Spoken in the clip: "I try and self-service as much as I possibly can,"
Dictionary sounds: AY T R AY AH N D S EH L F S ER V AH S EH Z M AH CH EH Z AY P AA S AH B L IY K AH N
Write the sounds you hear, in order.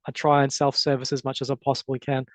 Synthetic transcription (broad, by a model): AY T R AY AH N S EH L F S ER V AH S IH Z M AH CH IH Z AY P AA S AH B L IY K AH N